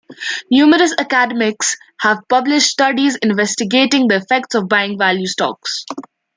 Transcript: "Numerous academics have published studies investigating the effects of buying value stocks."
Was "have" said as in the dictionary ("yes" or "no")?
yes